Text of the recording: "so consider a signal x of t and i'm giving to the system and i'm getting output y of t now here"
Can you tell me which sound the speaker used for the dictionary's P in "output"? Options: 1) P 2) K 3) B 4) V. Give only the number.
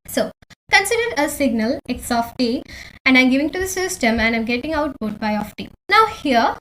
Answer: 3